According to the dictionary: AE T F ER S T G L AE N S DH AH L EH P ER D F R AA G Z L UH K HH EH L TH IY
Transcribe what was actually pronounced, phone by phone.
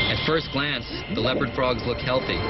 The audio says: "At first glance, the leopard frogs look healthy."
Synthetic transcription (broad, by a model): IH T F ER S T G L AE N S DH AH L EH P ER D F R AA G Z L UH K HH EH L TH IY